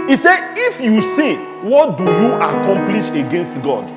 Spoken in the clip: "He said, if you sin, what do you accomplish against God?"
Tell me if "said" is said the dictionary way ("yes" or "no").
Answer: no